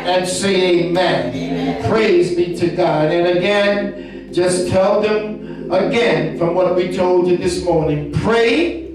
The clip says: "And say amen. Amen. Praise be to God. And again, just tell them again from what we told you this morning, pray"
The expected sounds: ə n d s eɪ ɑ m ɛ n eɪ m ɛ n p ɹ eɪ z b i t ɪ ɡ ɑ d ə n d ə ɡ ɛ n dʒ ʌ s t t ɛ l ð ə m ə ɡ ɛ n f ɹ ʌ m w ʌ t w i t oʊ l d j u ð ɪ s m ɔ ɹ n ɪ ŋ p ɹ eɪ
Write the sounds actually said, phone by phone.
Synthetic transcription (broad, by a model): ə n s eɪ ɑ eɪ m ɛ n p ɹ eɪ z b i t ɪ ɡ ɑ d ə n ə ɡ ɛ n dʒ ʌ s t t ɛ l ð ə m ə ɡ ɛ n f ɹ ʌ m w ʌ t w i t oʊ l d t ð ɪ s m ɔ ɹ n ɪ ŋ p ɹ eɪ